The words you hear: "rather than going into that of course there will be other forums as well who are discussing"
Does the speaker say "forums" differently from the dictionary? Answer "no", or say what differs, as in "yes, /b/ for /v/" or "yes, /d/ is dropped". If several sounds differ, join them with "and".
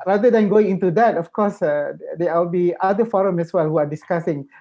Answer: yes, /z/ is dropped